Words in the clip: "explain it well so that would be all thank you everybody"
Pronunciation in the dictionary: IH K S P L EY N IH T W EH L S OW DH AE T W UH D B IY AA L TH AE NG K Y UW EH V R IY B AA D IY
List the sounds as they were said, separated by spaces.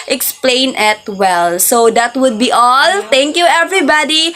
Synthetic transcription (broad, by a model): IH K S P L EY N IH T W EH L S OW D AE T W UH D B IY AA L T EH NG K Y UW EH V R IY B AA D IY